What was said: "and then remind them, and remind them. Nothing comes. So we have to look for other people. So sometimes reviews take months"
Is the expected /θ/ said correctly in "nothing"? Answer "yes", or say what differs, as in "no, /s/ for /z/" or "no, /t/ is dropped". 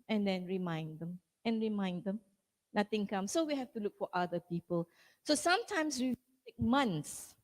no, /t/ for /θ/